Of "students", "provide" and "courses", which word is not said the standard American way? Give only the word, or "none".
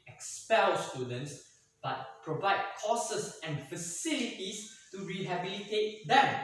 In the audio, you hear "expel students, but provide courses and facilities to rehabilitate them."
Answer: courses